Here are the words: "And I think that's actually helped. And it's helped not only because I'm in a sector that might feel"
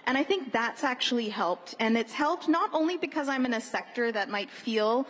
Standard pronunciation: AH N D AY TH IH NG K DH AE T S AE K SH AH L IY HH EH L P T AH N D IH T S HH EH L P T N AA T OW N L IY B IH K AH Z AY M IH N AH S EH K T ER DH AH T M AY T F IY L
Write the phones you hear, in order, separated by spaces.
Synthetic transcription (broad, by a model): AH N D AY TH IH NG K DH AE T S AE K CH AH L IY HH EH L P T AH N IH T S HH EH L P T N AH T OW N L IY B IH K AH Z AY M IH N AH S EH K T ER DH AH T M AY T F IY L